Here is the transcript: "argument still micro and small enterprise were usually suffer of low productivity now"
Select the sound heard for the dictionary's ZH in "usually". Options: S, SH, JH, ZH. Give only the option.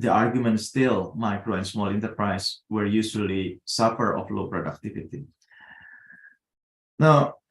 S